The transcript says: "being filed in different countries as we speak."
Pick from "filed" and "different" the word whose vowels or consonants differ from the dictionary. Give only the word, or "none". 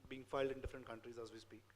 none